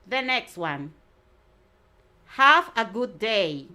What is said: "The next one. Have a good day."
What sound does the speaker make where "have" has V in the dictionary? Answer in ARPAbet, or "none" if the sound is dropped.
F